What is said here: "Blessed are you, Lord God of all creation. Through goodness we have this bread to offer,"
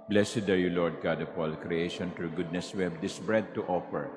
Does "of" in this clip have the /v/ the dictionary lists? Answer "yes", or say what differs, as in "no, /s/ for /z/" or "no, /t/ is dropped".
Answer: no, /p/ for /v/